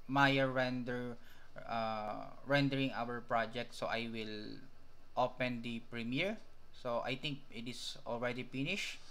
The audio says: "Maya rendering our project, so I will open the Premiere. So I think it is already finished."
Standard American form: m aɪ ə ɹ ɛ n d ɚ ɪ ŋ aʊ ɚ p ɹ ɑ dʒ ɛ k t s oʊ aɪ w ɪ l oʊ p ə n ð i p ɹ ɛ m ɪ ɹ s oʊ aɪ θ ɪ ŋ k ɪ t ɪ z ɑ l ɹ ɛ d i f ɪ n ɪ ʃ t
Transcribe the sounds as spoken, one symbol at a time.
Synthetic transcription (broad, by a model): m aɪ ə ɹ ɛ n d ɚ ɪ ŋ aʊ ɚ p ɹ ɑ dʒ ɛ k t s oʊ aɪ w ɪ l oʊ p ə n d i p ɹ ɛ m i ɹ s oʊ aɪ t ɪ ŋ k ɪ t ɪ s ɑ l ɹ ɛ d i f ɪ n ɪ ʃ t